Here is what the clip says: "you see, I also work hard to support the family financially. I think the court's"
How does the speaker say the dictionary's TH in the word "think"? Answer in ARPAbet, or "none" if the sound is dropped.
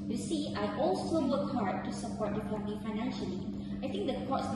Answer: T